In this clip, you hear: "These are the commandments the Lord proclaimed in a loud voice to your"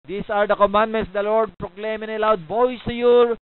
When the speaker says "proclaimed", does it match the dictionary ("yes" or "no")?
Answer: no